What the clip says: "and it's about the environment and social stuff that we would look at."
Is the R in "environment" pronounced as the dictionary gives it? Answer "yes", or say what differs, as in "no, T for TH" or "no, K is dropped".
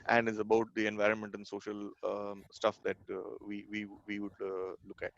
yes